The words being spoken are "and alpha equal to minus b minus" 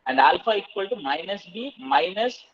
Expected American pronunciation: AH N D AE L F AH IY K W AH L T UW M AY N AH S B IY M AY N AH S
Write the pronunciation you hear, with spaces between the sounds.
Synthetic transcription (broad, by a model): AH N D AE L F AH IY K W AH L T UW M AY N AH S B IY M AY N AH S